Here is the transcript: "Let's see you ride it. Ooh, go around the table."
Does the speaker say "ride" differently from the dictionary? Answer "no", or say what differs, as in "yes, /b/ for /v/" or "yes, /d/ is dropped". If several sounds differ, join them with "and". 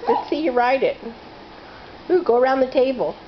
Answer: no